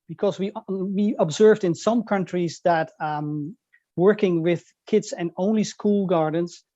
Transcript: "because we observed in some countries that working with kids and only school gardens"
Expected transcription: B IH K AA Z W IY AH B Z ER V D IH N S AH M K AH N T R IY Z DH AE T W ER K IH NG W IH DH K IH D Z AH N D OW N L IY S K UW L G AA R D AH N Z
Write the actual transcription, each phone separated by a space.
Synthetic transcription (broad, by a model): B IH K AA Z W IY AH B Z ER V D IH N S AH M K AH N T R IY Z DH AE T W ER K IH NG W IH DH K IH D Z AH N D OW N L IY S K UW L G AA R D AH N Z